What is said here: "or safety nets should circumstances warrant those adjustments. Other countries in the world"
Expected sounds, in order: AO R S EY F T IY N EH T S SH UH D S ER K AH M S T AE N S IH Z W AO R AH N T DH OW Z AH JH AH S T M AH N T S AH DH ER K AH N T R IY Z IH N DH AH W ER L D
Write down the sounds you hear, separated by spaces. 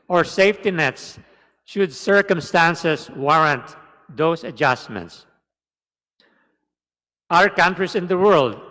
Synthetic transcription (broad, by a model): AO R S EY F T IY N EH T S SH UH D S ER K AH M S T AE N S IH S W AO R AH N T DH OW S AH JH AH S T M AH N T S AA ER K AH N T R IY S IH N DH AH W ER L D